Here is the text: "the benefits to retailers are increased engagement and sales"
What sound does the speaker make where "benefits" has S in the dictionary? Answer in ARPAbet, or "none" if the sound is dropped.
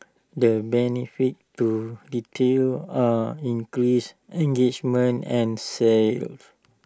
none